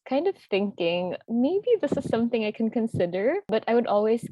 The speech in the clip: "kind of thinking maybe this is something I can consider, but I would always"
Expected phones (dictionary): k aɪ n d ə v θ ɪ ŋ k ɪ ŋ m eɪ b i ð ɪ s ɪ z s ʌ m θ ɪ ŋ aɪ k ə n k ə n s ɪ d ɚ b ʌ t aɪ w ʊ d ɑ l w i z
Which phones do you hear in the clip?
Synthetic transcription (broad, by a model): k aɪ n d ə v θ ɪ ŋ k ɪ ŋ m eɪ b i ð ɪ s ɪ z s ʌ m θ ɪ ŋ aɪ k ə n k ə n s ɪ d ɚ b ʌ t aɪ w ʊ d ɑ l w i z